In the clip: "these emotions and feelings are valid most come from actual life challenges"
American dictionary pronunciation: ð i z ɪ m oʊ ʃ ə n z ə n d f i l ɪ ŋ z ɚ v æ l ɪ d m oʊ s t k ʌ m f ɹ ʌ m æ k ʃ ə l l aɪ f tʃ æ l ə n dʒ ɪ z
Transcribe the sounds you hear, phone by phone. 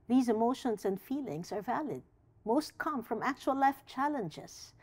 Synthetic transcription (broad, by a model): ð i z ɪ m oʊ ʃ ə n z ə n d f i l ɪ ŋ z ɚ v æ l ɪ d m oʊ s t k ʌ m f ɹ ʌ m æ k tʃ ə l l aɪ f tʃ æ l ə n dʒ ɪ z